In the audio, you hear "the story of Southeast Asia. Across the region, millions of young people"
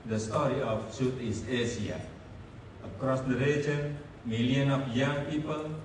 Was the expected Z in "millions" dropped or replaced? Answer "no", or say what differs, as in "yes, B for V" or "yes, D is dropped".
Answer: yes, Z is dropped